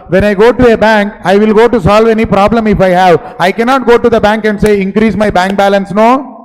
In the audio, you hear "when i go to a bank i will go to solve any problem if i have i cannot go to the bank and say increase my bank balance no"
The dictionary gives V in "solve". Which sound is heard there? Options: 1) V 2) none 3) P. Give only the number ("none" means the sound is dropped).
1